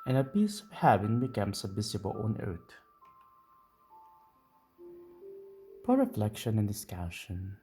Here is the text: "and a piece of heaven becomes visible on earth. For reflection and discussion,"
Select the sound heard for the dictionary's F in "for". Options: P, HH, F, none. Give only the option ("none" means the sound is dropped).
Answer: P